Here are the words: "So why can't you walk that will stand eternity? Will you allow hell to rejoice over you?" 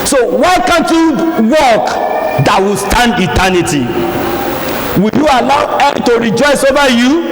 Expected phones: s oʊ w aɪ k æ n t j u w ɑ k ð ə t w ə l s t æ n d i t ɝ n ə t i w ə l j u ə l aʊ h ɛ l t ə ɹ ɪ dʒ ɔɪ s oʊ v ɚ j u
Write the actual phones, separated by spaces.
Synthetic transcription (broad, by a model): s oʊ w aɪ k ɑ n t j u w ɑ k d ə t w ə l s t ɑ n d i t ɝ n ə t i w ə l j u ə l aʊ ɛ n t ə ɹ ɪ dʒ ɔɪ s oʊ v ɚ j u